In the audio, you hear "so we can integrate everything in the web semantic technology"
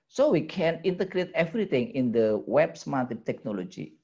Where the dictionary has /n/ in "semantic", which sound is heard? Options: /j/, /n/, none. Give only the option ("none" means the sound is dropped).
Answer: none